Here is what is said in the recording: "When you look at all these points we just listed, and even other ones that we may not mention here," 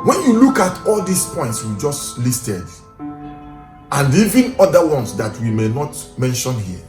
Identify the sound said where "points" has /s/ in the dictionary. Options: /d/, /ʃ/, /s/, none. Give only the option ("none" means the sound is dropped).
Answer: /s/